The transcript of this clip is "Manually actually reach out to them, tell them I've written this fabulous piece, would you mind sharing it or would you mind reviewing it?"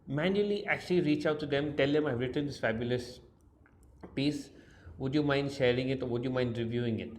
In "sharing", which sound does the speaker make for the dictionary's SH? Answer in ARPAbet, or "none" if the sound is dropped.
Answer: SH